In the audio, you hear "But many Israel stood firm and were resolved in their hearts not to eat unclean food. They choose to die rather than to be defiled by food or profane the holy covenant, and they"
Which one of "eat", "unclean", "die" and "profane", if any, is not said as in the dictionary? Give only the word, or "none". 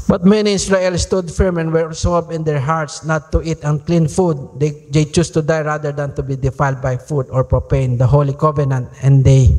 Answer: profane